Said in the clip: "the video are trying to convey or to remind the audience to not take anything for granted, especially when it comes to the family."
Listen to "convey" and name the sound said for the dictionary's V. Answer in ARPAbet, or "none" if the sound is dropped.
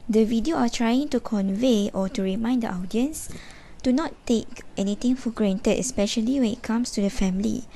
V